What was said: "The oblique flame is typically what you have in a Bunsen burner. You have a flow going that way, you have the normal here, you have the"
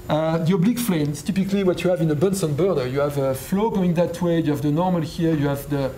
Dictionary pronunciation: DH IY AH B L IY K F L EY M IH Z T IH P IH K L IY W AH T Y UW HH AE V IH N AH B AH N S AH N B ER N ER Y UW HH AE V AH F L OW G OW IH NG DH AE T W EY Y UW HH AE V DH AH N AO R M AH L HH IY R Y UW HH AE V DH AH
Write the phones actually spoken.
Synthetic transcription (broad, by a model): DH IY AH B L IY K F L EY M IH S T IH P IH K L IY W AH T Y UW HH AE V IH N AH B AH N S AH N B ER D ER Y UW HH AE V AH F L OW G OW IH NG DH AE T W EY Y UW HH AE V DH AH N AO R M AH L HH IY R Y UW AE V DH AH